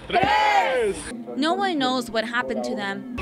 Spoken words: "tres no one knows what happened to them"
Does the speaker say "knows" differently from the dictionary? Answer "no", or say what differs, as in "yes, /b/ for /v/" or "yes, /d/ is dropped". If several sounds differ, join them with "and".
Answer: no